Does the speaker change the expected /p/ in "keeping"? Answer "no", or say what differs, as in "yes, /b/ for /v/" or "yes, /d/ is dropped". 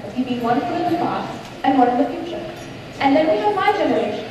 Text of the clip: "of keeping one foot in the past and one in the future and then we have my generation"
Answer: yes, /b/ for /p/